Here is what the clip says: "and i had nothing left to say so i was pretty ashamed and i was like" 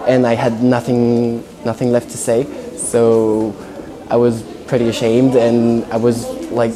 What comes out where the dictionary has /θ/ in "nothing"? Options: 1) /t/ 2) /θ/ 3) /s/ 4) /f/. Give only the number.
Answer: 2